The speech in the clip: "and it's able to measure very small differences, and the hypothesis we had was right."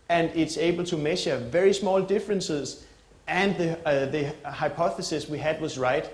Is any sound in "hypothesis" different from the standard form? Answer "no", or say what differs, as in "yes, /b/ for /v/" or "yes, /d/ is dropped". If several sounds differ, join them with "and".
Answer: no